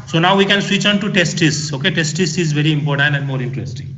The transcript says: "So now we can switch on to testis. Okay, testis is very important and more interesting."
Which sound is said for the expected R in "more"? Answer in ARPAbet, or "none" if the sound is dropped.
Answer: R